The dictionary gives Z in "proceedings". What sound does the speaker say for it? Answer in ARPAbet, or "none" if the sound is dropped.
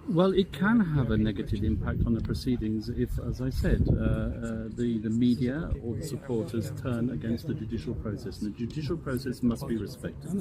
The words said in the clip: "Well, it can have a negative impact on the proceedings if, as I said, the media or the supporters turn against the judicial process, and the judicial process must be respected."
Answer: Z